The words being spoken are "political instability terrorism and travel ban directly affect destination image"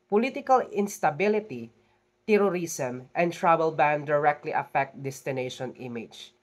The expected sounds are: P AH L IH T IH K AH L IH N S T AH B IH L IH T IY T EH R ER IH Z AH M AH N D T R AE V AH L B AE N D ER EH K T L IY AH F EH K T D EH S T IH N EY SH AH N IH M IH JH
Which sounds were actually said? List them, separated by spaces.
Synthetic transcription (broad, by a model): P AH L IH T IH K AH L IH N S T AH B IH L IH T IY T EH R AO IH S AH M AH N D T R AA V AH L B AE N D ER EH K T L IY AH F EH K T D EH S T IH N EY SH AH N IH M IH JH